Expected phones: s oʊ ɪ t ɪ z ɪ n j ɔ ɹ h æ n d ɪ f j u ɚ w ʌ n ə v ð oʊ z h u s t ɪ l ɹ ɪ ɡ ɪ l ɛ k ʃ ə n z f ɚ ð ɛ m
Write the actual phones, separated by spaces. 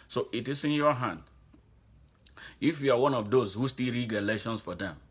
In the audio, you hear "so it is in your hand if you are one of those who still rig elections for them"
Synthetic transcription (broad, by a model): s oʊ ɪ t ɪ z ɪ n j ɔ h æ n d ɪ f j u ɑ w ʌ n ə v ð oʊ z h u s t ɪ l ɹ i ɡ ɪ l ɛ ʃ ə n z f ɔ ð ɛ m